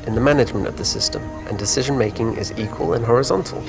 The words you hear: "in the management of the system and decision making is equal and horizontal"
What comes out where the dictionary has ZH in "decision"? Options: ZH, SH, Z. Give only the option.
ZH